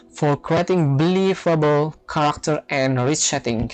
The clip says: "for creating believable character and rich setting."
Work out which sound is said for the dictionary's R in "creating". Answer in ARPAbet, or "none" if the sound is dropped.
R